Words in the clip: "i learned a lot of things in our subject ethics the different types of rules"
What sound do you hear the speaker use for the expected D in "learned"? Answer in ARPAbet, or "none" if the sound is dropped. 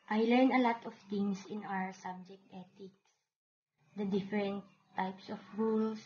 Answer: none